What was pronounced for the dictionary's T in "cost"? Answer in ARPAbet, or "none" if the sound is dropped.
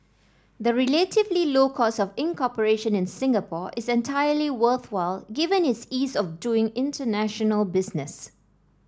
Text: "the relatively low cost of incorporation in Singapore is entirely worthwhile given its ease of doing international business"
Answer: none